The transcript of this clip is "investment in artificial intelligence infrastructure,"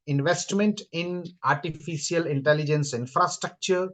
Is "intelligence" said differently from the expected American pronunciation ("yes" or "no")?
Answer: no